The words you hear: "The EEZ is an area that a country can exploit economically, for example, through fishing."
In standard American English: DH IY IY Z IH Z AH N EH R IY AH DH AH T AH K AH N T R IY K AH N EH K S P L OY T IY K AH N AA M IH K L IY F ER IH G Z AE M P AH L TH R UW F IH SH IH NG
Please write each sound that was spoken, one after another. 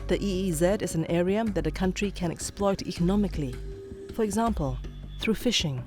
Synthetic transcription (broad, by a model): DH IY IY Z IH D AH N EH R IY AH DH AH T AH K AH N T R IY K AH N EH K S P L OY T IY K AH N AA M IH K L IY F ER IH G Z AE M P AH L TH R UW F IH SH IH NG